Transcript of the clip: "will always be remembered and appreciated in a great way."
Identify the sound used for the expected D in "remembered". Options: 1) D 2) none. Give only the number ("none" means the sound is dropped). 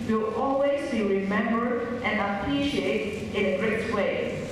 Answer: 2